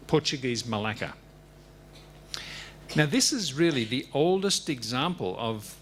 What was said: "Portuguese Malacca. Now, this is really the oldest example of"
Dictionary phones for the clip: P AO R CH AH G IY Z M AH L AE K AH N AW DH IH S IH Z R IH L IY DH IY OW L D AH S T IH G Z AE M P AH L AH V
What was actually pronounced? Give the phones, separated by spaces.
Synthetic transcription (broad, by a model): P AO R CH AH G IY Z M AH L AE K AH N AW DH IH S IH Z R IH L IY DH IY OW L D AH S T IH G Z AE M P AH L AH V